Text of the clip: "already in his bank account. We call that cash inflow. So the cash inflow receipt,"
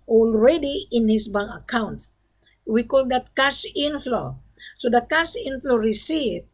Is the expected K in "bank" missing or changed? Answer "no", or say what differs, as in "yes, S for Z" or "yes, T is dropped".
yes, K is dropped